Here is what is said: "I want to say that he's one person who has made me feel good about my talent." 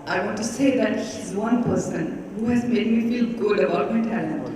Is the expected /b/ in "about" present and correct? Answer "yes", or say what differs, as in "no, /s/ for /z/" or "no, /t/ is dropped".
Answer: no, /b/ is dropped